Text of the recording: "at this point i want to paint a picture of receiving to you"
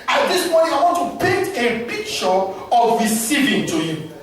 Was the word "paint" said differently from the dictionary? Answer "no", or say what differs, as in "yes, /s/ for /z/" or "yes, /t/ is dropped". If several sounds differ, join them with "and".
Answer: yes, /n/ is dropped